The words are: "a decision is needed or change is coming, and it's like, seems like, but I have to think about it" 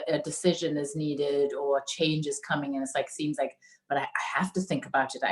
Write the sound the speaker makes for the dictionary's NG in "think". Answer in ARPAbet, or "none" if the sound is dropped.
NG